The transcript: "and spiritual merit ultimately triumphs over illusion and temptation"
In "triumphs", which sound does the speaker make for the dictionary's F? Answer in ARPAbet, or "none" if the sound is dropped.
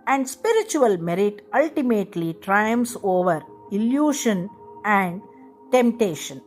none